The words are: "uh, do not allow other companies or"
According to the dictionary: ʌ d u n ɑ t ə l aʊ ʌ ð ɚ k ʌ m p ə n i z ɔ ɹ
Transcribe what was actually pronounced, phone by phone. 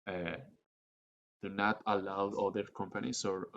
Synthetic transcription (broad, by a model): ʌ d u n ɑ t ə l aʊ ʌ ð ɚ k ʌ m p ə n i s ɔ ɹ